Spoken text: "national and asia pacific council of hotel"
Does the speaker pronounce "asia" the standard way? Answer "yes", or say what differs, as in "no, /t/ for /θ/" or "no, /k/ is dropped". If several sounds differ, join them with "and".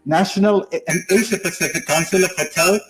no, /ʃ/ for /ʒ/